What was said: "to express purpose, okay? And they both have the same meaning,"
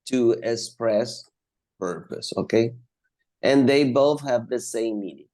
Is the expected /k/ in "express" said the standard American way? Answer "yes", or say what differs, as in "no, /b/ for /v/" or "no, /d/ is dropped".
yes